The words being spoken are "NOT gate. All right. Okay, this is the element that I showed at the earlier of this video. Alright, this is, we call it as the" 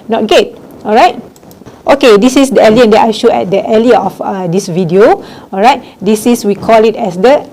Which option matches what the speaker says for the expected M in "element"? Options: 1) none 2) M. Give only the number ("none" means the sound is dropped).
1